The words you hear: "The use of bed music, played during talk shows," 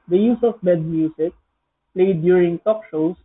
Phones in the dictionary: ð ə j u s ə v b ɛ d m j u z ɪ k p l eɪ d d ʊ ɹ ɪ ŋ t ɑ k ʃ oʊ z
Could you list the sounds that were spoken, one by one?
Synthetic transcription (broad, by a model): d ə j u s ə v b ɛ d m j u s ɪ k p l eɪ d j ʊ ɹ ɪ ŋ t ɑ k ʃ oʊ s